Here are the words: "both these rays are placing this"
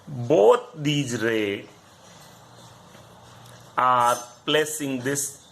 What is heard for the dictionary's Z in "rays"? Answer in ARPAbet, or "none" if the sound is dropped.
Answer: none